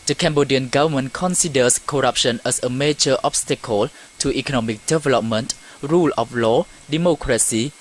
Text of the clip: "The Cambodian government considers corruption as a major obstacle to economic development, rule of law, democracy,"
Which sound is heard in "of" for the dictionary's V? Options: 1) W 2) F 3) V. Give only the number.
2